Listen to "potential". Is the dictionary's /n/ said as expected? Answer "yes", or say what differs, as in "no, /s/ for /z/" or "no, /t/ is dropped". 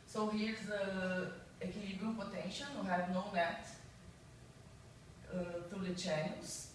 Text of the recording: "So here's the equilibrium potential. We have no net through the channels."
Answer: yes